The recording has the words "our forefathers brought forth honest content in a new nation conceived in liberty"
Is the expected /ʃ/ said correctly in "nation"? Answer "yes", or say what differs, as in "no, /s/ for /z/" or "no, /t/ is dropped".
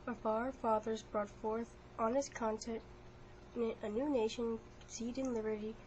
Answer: no, /ʃ/ is dropped